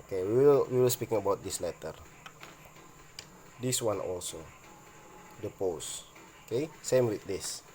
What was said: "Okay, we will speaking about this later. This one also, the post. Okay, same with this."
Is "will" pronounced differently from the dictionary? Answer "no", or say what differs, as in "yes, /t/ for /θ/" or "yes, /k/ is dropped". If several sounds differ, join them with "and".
no